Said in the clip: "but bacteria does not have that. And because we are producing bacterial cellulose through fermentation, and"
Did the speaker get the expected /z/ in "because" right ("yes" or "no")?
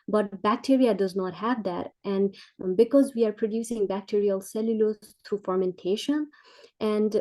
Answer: yes